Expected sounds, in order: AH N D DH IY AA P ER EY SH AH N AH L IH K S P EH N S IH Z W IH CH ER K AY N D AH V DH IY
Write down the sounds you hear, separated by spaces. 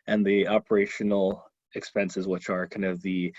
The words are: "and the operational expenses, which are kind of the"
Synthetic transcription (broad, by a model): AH N DH IY AA P ER EY SH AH N L IH K S P EH N S IH Z W IH CH ER K AY N D AH V DH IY